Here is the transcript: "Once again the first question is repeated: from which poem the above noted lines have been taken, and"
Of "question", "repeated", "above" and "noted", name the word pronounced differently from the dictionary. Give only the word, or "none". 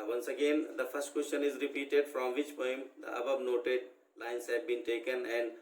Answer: above